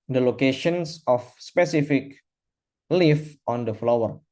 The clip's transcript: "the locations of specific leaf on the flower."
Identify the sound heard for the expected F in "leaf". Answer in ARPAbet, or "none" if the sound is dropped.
F